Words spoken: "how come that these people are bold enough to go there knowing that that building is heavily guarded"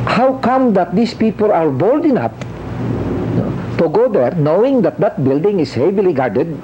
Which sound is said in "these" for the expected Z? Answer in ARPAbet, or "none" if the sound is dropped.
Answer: S